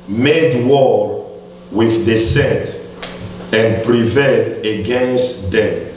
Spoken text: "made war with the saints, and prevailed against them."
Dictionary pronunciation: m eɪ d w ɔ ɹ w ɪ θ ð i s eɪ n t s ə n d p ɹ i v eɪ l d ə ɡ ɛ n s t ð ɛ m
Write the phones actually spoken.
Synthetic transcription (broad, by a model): m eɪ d w ɔ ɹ w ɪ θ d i s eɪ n t ə n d p ɹ i v eɪ l d ə ɡ ɛ n s t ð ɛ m